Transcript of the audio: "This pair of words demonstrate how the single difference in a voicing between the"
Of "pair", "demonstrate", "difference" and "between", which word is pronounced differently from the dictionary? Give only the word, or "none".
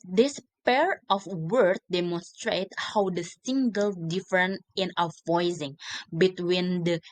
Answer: difference